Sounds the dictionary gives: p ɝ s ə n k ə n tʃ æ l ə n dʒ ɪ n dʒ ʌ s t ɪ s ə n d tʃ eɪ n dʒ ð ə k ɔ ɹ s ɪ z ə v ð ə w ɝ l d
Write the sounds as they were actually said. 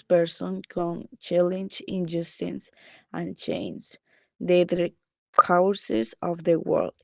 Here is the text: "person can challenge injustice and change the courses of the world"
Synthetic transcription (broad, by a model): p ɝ s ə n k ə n tʃ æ l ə n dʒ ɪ n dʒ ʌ s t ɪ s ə n tʃ eɪ n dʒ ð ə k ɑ w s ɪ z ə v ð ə w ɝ l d